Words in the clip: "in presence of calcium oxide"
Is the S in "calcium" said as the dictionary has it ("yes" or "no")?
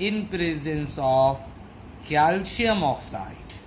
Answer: no